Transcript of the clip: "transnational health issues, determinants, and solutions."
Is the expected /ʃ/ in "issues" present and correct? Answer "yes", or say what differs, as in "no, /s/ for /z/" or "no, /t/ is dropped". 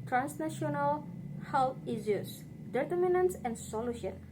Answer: no, /ʃ/ is dropped